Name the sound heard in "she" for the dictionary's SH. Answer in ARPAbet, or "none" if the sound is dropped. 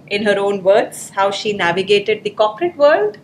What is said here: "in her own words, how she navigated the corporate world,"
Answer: SH